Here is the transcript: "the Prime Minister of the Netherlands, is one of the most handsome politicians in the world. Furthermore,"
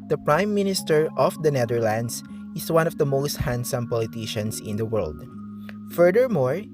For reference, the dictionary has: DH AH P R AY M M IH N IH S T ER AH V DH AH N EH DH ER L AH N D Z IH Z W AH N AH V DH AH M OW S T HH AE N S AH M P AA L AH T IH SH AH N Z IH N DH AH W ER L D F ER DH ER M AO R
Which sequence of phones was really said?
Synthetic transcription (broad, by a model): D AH P R AY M M IH N IH S T ER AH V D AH N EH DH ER L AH N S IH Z W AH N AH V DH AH M OW S T HH AE N S AH M P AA L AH T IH SH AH N S IH N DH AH W ER L D F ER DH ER M AO R